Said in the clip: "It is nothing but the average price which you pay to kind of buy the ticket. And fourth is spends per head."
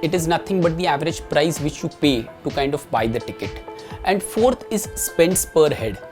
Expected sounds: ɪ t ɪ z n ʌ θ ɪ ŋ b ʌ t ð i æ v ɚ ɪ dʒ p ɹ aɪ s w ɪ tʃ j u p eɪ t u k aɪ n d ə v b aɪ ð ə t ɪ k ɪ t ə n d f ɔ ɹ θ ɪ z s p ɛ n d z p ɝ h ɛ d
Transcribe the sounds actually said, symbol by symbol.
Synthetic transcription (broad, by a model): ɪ t ɪ z n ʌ t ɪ ŋ b ʌ t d i æ v ɚ ɪ dʒ p ɹ aɪ s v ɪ tʃ j u p eɪ t u k aɪ n d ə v b aɪ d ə t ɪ k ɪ t ə n d f ɔ ɹ t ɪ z s p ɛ n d s p ɝ h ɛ d